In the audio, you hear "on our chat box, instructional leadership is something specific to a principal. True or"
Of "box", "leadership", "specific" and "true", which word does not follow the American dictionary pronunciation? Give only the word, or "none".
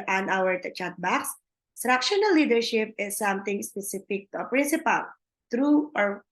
none